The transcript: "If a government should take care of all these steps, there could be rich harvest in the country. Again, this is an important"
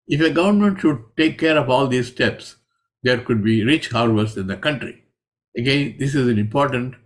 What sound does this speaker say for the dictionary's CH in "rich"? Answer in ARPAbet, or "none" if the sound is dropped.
CH